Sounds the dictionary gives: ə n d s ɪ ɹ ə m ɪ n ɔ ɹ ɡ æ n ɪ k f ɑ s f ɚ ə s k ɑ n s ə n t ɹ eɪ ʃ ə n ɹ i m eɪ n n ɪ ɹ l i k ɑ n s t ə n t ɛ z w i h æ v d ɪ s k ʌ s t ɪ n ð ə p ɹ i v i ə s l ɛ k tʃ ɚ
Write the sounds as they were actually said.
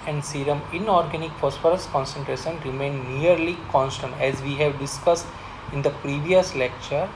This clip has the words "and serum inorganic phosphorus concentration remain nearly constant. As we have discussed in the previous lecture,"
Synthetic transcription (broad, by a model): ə n d s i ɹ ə m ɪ n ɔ ɹ ɡ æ n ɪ k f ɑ s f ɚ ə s k ɑ n s ə n t ɹ eɪ ʃ ə n ɹ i m eɪ n n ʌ ɹ l i k ɑ n s t ə n t ɛ z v i h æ v d ɪ s k ʌ s t ɪ n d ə p ɹ i v i ə s l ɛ k tʃ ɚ